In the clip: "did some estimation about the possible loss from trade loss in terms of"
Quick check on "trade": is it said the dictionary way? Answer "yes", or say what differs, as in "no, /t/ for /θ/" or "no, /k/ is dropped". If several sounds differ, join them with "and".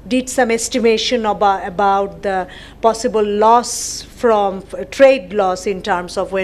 yes